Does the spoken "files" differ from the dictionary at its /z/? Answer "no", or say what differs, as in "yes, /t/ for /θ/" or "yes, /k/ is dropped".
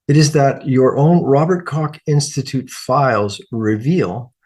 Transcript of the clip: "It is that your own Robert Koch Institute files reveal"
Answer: no